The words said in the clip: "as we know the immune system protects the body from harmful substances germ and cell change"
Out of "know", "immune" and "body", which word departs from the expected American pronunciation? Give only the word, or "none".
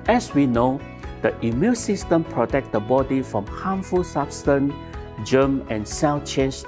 immune